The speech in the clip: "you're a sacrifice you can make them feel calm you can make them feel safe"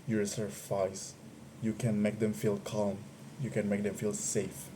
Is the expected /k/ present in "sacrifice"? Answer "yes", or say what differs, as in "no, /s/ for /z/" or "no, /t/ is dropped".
no, /k/ is dropped